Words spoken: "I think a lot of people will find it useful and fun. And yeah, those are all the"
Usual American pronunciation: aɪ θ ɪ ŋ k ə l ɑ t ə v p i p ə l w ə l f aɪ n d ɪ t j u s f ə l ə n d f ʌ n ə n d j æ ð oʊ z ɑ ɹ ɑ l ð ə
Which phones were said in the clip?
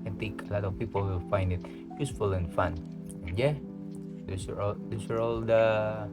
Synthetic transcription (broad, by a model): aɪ t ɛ k ə l ɑ t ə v p i p ə l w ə f aɪ n d ɪ t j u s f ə l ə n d f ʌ n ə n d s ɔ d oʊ s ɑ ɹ ɑ l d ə